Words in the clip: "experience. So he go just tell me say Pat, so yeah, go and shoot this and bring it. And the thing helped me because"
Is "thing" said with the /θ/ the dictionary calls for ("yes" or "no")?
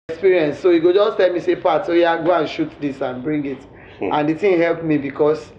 no